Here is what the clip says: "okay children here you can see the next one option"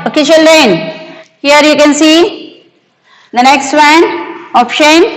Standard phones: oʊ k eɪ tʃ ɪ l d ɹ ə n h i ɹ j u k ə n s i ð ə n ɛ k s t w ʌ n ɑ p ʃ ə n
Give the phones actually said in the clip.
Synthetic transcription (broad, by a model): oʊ k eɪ ʃ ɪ l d ə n h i ɹ j u k ə n s i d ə n ɛ k s t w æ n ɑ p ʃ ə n